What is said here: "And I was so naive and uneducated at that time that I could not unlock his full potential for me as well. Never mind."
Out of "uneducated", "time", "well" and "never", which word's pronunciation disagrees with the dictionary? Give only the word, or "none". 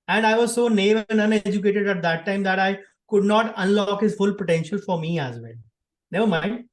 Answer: well